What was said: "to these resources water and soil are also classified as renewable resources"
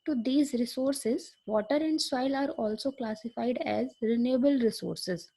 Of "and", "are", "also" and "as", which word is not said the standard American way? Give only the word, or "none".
none